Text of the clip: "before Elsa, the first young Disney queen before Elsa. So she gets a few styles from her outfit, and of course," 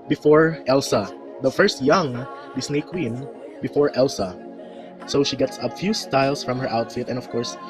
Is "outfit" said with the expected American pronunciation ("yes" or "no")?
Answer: yes